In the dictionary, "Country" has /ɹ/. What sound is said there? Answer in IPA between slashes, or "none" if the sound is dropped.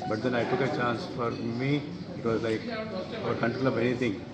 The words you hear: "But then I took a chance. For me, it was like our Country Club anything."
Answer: none